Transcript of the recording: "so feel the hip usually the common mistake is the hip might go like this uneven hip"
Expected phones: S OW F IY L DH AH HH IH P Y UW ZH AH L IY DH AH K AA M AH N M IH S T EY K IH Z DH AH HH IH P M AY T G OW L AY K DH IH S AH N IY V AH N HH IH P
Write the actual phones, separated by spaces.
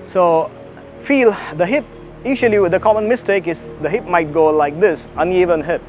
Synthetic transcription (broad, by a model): S OW F IY L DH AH HH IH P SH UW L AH W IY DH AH K AA M AH N M IH S T EY K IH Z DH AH HH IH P M AY T G OW L AY K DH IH S AH N IY V AH N HH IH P